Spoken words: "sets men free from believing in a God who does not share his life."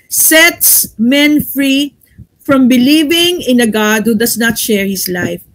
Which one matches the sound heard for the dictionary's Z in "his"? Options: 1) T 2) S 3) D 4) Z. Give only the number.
2